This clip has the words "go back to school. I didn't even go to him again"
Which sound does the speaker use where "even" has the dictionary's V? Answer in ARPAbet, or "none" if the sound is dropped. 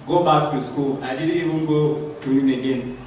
B